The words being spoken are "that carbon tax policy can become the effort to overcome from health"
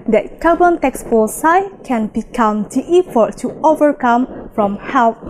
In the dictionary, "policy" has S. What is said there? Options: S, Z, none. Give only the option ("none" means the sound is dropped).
none